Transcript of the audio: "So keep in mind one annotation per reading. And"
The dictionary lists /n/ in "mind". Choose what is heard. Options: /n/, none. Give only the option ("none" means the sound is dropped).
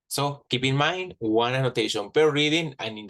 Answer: /n/